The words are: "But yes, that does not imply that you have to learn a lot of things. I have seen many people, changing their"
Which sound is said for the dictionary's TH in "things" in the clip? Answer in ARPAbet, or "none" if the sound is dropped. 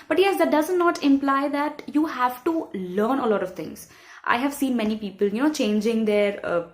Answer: T